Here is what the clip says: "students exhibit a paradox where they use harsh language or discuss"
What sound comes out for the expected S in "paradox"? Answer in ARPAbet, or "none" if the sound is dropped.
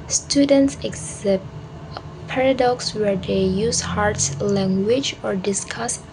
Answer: S